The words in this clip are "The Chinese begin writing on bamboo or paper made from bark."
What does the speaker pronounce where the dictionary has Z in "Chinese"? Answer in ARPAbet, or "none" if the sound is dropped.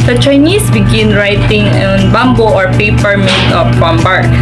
S